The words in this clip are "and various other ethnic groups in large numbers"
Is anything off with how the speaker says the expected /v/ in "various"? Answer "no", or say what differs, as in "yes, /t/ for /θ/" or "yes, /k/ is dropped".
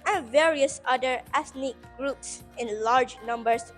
no